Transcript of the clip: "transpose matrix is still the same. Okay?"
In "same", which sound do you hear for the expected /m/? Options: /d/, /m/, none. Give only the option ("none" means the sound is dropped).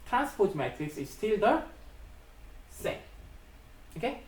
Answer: none